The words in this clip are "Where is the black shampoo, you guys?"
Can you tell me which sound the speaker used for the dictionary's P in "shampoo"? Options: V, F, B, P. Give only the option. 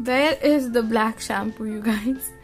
F